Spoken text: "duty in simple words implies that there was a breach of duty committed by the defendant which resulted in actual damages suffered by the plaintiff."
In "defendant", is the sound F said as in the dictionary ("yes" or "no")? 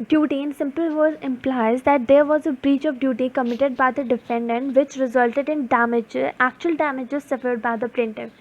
yes